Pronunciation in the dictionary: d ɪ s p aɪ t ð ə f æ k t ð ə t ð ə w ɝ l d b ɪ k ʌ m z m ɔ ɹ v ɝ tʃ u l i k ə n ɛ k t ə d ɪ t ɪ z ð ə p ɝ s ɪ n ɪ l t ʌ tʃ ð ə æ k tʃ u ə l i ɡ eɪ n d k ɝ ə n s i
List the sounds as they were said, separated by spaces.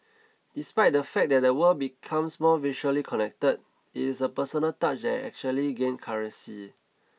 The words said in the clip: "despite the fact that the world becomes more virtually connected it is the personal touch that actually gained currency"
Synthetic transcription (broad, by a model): d ɪ s p aɪ t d ə f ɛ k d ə t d ə w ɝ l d b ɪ k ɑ m s m ɔ v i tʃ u l i k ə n ɛ k t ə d ɪ t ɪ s ə p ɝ s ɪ n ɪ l t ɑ tʃ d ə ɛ k tʃ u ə l i ɡ eɪ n k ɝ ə s i